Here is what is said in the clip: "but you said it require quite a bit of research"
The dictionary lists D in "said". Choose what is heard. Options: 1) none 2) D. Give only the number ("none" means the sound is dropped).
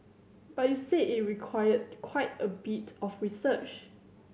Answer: 1